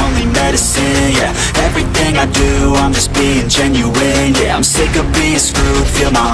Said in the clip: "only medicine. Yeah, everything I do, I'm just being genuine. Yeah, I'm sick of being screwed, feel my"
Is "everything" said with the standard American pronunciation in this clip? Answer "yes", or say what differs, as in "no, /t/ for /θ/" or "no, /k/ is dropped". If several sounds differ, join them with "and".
yes